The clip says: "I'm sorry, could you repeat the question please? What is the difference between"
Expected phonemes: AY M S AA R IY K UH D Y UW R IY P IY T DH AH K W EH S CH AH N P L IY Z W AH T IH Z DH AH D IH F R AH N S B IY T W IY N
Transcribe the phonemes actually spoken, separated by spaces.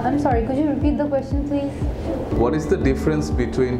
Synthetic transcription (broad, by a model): AY M S AA R IY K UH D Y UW R IY P IY T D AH K W EH S CH AH N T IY W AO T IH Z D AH D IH F R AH N S B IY T W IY N